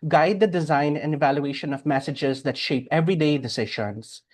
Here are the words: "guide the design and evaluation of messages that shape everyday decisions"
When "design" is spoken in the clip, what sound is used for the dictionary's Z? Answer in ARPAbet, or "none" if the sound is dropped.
Z